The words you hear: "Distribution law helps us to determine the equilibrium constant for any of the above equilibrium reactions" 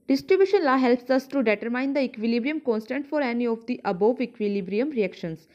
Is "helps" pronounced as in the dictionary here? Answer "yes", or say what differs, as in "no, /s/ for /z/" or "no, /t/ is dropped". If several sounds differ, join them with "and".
yes